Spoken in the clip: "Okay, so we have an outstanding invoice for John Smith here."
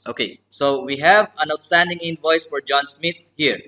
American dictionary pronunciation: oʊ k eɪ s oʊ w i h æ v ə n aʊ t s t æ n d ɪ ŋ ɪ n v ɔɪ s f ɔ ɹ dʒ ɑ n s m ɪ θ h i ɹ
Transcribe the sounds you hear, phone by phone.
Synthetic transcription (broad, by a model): oʊ k eɪ s oʊ w i h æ v ə n aʊ t s t æ n d ɪ ŋ ɪ n v ɔɪ s f ɔ ɹ dʒ ɑ n s m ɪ t h i ɹ